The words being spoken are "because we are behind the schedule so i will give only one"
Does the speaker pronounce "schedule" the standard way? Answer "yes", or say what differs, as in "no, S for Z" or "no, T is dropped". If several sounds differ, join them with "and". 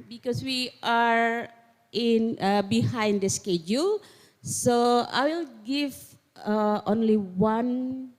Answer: yes